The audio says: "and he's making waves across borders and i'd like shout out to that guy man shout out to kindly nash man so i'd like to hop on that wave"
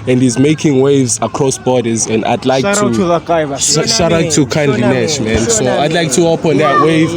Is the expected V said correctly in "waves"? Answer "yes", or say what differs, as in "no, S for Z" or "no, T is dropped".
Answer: yes